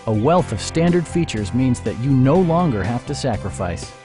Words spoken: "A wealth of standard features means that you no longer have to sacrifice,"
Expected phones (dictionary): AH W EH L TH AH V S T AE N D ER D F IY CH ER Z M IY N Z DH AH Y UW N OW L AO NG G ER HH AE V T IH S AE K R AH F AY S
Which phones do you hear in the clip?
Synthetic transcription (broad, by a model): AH W EH L TH AH V S T AE N D ER D F IY CH ER Z M IY N Z DH AH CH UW N OW L AO NG G ER HH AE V T IH S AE K R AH F AY S